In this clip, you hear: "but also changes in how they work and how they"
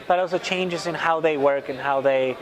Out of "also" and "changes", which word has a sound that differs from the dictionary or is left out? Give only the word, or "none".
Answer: none